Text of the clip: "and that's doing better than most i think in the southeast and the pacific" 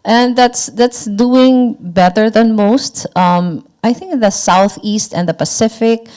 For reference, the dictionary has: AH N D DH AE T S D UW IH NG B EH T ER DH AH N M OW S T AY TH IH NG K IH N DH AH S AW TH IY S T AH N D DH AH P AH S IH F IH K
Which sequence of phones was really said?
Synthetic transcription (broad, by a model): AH N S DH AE T S D UW IH NG B EH T ER DH AH N M OW S T AY TH IH NG K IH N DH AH S AW TH IY S T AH N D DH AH P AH S IH F IH K